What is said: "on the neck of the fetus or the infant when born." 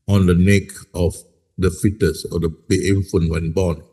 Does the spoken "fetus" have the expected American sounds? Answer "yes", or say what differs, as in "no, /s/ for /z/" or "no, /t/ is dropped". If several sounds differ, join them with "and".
yes